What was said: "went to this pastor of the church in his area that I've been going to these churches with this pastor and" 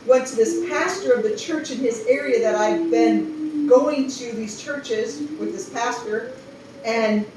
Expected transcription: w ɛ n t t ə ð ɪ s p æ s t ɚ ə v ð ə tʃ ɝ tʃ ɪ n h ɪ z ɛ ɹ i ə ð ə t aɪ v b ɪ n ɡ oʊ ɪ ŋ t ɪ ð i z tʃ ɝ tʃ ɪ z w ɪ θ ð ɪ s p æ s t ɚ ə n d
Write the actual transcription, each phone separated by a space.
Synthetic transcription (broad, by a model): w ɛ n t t ð ɪ s p æ s t ɚ ə v ð ə tʃ ɝ tʃ ɪ n ɪ z ɛ ɹ i ə ð ə t aɪ v b ɪ n ɡ oʊ ɪ ŋ t ɪ ð i z tʃ ɝ tʃ ɪ z w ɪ ð ɪ s p æ s t ɚ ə n